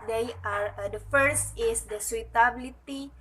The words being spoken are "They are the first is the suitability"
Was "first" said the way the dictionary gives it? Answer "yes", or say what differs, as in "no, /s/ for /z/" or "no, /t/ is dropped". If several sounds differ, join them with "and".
yes